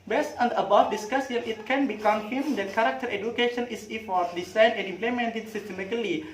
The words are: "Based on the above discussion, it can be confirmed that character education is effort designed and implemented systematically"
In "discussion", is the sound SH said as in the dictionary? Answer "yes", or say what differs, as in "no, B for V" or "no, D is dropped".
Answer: no, S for SH